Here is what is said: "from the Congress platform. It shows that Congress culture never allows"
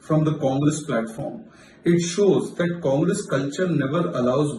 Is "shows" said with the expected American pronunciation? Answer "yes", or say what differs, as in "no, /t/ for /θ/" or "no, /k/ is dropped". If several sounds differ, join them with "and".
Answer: yes